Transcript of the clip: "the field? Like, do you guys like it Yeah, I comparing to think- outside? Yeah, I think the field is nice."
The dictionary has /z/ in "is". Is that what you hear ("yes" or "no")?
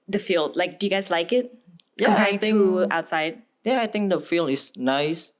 no